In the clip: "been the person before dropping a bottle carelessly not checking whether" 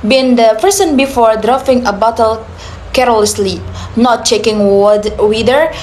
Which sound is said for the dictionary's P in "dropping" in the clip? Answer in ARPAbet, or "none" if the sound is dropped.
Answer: F